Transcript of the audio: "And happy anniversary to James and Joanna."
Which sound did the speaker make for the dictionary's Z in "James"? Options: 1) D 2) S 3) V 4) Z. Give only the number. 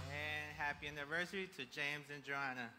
4